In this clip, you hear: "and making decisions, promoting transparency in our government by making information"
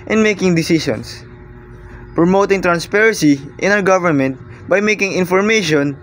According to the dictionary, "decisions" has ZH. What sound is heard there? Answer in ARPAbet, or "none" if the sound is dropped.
SH